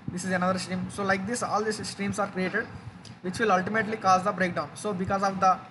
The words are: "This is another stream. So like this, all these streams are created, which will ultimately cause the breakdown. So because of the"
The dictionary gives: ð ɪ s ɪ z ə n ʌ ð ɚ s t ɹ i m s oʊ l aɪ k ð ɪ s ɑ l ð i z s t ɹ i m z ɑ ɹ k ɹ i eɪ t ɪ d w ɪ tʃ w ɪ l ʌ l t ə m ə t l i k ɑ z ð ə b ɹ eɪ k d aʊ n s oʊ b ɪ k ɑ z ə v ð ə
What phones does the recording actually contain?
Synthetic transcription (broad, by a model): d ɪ s ɪ z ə n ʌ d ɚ s t ɹ i m s oʊ l aɪ k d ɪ s ɑ l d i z s t ɹ i m s ɑ ɹ k ɹ i eɪ t ɪ d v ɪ tʃ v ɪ l ʌ l t ə m ə t l i k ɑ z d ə b ɹ eɪ k d aʊ n s oʊ b ɪ k ɑ z ə v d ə